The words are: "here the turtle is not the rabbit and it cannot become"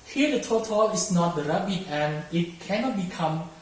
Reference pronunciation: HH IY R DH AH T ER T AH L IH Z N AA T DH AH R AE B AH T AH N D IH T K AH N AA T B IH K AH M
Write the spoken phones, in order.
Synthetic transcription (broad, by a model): HH IY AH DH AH T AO T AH L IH S N AA T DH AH R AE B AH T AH N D IH T K AH N AA T B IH K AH M